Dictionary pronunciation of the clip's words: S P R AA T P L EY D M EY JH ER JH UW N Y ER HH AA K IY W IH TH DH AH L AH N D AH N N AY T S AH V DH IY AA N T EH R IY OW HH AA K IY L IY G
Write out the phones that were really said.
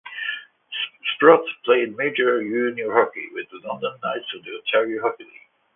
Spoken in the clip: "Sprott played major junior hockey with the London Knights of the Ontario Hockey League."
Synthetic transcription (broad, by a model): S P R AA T P L EY D M EY JH ER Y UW N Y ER HH AA K IY W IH DH AH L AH N D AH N N AY T S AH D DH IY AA T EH R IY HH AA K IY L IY